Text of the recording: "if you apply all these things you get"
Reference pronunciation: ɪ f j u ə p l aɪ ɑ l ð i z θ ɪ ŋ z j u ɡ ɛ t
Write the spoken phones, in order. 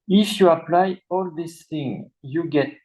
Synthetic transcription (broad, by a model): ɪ f j u ə p l aɪ ɑ l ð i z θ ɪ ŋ j u ɡ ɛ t